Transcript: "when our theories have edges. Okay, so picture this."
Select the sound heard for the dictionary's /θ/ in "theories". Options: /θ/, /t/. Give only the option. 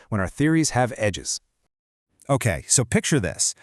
/θ/